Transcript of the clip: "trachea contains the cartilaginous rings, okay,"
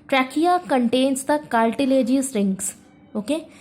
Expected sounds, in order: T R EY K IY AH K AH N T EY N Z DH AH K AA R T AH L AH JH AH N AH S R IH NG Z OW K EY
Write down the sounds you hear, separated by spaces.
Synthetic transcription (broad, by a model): T R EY K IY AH K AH N T EY N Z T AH K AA L T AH L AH JH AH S R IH NG S OW K EY